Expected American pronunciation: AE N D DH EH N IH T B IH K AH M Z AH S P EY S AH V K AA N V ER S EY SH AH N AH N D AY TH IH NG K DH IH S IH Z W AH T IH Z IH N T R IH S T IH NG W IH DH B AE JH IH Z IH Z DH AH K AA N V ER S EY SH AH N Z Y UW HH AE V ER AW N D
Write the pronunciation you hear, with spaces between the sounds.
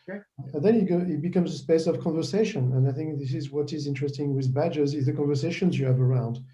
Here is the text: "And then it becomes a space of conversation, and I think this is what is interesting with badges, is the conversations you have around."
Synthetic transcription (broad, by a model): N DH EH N IH T B IH K AH M Z AH S P EY S AH V K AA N V ER S EY SH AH N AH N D AY TH IH NG K DH IH S IH Z W AH T IH Z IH N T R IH S T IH NG W IH DH B AE JH IH Z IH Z DH AH K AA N V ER S EY SH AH N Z Y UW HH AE V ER AW N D